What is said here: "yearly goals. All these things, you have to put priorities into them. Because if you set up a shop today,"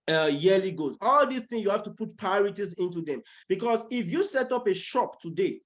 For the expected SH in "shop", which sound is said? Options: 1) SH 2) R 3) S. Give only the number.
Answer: 1